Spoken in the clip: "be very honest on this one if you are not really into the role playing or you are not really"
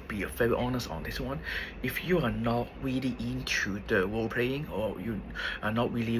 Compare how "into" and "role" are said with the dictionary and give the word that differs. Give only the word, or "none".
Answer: role